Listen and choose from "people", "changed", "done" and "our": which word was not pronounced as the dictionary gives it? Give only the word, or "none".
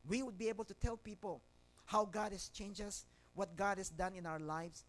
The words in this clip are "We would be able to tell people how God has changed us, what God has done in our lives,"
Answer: changed